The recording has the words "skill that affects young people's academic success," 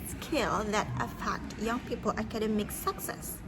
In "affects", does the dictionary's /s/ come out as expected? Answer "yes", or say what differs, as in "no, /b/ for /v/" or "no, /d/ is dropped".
no, /s/ is dropped